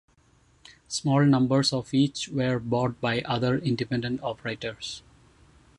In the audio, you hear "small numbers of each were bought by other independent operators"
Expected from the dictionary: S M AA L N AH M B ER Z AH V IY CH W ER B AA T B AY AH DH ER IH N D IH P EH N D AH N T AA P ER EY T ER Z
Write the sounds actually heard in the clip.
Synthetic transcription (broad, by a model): S M AA L N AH M B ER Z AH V IY CH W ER B AA T B AY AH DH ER IH N D IH P EH N D AH N T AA P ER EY T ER S